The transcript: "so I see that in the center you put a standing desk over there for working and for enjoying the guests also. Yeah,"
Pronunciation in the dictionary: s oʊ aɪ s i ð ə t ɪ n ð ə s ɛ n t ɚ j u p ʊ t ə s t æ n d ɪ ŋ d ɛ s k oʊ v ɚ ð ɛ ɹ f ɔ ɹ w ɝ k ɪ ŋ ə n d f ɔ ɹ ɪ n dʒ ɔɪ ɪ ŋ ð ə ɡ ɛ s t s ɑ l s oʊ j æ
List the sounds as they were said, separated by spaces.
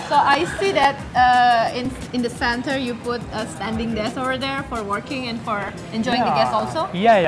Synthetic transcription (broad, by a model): s oʊ aɪ s i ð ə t ɪ n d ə s ɛ n t ɚ j u p ʊ t ə s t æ n d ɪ ŋ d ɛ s oʊ v ɚ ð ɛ ɹ f ɔ ɹ w ɝ k ɪ ŋ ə n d f ɔ ɹ ɪ n dʒ ɔɪ ɪ ŋ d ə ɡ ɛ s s ɑ l s oʊ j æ